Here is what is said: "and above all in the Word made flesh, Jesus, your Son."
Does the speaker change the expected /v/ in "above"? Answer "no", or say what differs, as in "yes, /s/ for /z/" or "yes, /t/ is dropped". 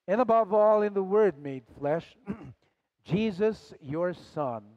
no